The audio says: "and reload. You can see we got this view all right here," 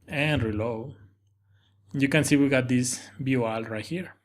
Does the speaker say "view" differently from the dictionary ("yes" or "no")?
yes